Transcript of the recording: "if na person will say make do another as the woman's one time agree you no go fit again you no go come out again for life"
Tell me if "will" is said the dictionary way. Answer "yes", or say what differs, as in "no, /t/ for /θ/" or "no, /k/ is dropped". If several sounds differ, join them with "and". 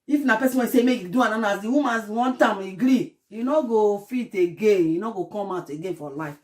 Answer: no, /n/ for /l/